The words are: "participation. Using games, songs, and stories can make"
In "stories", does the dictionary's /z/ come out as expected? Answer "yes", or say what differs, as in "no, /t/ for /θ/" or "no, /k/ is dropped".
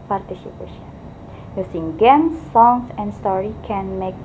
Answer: no, /z/ is dropped